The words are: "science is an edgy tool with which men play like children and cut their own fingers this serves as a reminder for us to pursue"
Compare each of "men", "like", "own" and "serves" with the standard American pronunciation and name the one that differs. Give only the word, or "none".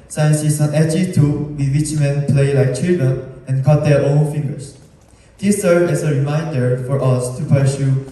serves